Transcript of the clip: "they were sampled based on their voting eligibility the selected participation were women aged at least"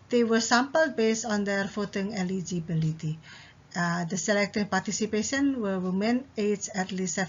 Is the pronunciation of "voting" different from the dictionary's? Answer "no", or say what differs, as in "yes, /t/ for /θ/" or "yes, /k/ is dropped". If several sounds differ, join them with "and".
yes, /f/ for /v/